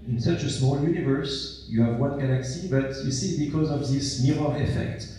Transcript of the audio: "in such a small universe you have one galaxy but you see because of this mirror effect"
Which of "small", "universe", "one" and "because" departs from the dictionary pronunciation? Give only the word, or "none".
none